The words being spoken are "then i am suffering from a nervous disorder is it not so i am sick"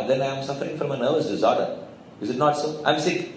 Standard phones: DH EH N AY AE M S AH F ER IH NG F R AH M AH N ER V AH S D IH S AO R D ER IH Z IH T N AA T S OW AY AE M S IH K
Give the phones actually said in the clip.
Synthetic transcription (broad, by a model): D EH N AY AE M S AH F ER IH NG F R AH M AH N ER V AH S D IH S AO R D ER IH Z IH T N AA T S OW AY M S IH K